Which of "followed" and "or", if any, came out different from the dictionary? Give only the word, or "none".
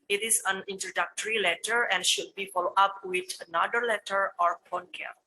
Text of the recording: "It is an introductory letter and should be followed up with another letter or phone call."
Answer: none